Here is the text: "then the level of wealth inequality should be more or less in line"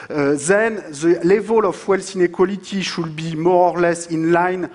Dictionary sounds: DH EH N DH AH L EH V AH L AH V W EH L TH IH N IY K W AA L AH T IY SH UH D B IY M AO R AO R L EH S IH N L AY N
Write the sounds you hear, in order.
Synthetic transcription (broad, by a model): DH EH N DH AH L EH V AH L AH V W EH L S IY N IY K W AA L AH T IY SH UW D B IY M AO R AO R L EH S IH N L AY N